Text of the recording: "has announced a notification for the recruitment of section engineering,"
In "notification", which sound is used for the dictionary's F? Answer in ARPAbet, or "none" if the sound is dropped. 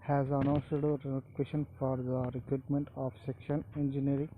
none